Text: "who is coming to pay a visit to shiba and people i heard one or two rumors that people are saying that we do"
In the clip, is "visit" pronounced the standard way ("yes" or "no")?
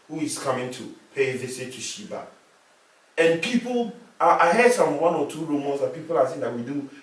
no